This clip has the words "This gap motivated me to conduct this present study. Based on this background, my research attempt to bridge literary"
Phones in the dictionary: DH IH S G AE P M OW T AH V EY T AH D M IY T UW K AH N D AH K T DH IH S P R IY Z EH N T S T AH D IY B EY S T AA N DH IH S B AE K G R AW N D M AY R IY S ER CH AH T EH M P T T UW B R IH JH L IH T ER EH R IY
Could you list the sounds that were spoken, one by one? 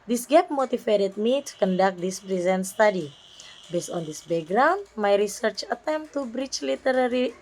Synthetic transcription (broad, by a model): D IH S G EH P M OW T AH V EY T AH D M IY T UW K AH N D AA K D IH S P R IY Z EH N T S T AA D IY B EY S T AA N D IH S B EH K G R AW N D M AY R IY S ER CH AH T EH M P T T UW B R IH CH L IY T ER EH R IY